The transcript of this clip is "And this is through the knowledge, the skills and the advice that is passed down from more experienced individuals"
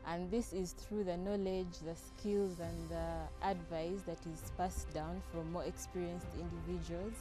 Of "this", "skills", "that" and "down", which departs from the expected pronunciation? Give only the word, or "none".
none